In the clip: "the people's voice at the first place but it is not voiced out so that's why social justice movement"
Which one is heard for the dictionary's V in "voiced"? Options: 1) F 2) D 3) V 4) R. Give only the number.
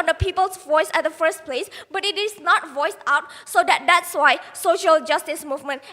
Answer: 3